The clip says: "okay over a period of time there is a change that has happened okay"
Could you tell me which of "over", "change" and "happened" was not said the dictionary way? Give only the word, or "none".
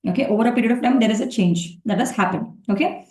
happened